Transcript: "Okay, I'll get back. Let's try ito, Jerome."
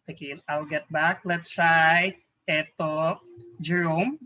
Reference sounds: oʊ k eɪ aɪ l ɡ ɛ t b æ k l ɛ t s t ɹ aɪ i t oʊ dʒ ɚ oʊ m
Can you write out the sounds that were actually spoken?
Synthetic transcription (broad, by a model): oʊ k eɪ aɪ l ɡ ɛ t b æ k l ɛ t s t ɹ aɪ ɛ t oʊ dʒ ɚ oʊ m